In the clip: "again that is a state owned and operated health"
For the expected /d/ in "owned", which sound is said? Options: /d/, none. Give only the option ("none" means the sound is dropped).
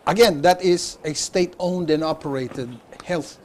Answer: /d/